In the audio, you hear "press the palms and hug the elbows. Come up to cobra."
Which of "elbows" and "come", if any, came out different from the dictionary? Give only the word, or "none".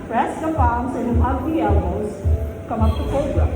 elbows